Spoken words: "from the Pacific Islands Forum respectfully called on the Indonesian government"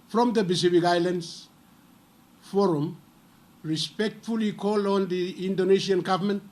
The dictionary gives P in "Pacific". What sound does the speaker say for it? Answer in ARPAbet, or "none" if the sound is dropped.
B